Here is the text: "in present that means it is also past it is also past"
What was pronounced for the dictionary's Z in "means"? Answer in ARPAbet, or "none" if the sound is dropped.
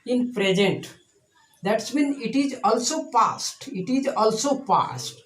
none